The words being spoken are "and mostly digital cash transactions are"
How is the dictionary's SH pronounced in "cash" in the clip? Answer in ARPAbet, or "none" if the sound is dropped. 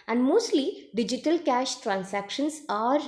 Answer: SH